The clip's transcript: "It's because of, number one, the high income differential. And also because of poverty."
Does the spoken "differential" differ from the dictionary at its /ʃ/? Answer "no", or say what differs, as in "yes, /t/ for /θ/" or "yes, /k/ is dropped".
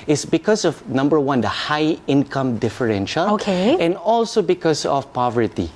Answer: no